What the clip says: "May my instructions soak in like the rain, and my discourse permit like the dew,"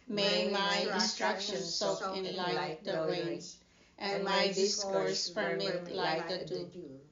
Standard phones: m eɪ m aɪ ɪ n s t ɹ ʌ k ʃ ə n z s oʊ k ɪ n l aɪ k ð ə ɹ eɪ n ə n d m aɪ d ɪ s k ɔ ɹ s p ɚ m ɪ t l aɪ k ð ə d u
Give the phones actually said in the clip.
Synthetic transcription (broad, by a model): m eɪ m aɪ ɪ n s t ɹ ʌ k ʃ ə n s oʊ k ɪ n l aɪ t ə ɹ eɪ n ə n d m aɪ d ɪ s k ɔ ɹ s f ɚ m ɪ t l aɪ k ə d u